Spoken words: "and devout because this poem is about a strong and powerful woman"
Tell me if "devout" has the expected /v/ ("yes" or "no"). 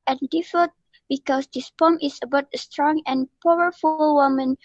no